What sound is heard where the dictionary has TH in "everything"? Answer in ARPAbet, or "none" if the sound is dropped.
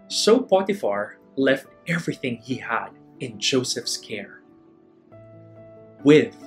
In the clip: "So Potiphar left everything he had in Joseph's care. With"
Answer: TH